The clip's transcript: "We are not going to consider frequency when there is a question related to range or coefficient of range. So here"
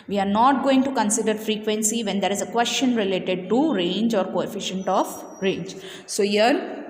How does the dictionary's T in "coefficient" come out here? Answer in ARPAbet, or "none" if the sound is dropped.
T